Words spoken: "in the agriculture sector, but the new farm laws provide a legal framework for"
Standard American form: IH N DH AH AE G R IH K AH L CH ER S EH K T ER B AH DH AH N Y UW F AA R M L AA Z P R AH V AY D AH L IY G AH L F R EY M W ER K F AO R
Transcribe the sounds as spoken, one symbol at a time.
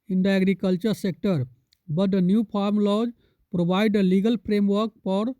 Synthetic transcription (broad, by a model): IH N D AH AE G R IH K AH L CH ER S EH K T ER B AH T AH N Y UW P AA R M L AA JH P R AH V AY D AH L IY G AH L P R EY M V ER K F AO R